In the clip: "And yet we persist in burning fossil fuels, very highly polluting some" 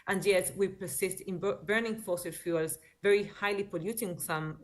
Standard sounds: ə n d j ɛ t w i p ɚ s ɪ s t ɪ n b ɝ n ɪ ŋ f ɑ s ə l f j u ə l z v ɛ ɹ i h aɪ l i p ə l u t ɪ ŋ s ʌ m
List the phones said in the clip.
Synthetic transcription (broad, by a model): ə n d j ɛ t w i p ɚ s ɪ s t ɪ n b ɝ n ɪ ŋ f ɑ s ə l f j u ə l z v ɛ ɹ i h aɪ l i p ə l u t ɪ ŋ s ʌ m